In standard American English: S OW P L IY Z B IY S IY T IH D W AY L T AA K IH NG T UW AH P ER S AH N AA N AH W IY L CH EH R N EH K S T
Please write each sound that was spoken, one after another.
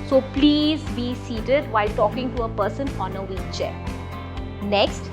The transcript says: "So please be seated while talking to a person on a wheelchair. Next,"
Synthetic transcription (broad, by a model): S OW P L IY Z B IY S IY T IH D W AY L T AA K IH NG T UW AH P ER S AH N AA N AH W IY CH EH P N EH K S T